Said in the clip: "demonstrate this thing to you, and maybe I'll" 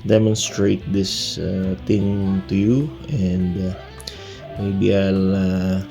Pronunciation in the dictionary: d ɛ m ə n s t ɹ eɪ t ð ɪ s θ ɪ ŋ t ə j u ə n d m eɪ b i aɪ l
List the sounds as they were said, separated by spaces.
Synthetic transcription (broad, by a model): d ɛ m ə n s t ɹ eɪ t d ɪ s t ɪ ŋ t ə j u ə n d m eɪ b i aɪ l